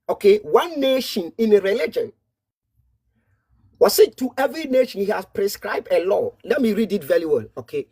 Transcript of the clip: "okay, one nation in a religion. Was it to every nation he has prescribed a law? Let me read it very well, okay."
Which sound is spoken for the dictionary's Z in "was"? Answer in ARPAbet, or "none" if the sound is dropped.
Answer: S